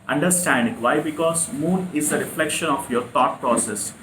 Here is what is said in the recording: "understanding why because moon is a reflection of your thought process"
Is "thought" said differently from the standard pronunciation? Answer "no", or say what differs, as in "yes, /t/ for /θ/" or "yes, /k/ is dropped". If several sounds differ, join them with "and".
yes, /t/ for /θ/